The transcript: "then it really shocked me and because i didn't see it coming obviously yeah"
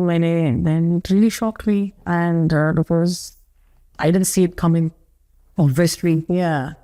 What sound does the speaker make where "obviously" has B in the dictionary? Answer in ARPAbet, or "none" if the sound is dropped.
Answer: none